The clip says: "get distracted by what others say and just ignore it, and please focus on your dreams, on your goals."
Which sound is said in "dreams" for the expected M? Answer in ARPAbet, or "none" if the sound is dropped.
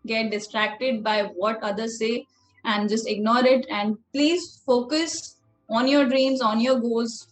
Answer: M